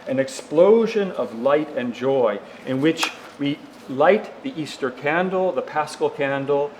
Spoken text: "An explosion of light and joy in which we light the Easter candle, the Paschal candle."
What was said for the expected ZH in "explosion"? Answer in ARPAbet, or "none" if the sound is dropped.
ZH